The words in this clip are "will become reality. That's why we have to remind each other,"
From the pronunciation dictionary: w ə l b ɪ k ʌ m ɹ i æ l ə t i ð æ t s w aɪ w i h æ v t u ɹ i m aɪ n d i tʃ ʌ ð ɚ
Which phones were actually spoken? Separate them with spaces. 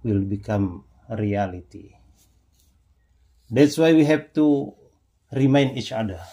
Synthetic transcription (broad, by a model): w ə l b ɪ k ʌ m ɹ i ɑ l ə t i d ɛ t s w aɪ w i h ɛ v t u ɹ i m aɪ n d i tʃ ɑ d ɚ